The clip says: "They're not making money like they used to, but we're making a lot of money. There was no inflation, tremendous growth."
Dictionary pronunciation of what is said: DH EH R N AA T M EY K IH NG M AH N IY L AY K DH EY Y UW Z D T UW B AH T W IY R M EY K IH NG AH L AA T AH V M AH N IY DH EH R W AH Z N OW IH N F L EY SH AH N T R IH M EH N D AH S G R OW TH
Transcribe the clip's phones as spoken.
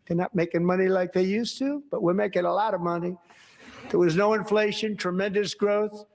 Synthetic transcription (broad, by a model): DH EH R N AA T M EY K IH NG M AH N IY L AY K DH EY Y UW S T UW B AH T W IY R M EY K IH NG AH L AA T AH V M AH N IY DH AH R W AH Z N OW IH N F L EY SH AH N T R IH M EH N D AH S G R OW TH